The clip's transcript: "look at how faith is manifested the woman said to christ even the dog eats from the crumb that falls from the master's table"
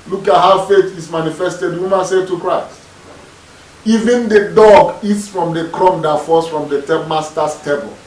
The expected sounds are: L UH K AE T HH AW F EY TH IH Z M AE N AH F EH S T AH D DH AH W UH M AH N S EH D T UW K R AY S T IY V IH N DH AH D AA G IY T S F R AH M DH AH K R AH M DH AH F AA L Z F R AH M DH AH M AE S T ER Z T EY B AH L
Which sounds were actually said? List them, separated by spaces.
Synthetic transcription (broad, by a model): L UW K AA T HH AW F EY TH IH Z M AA N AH F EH S T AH D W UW M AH N S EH T UW K R AY S T IY V IH N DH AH D AA G IY T S F R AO M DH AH K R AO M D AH F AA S F R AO M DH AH M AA S T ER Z T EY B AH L